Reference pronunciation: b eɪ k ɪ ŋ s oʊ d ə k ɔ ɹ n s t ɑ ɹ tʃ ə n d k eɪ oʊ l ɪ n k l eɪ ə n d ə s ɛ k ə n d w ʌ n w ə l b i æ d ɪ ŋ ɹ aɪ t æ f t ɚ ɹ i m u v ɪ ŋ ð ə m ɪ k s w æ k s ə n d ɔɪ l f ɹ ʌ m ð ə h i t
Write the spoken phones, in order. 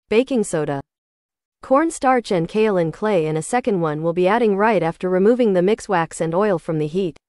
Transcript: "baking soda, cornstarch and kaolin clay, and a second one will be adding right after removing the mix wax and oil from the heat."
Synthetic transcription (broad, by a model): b eɪ k ɪ ŋ s oʊ d ə k ɔ ɹ n s t ɑ ɹ tʃ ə n k eɪ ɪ l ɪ n k l eɪ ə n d ə s ɛ k ə n d w ʌ n w ə l b i æ d ɪ ŋ ɹ aɪ t æ f t ɚ ɹ i m u v ɪ ŋ ð ə m ɪ k s w æ k s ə n ɔɪ l f ɹ ʌ m ð ə h i t